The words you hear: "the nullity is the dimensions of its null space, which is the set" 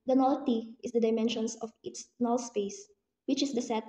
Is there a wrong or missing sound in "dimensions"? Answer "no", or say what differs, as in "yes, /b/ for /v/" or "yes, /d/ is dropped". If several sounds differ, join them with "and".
yes, /s/ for /z/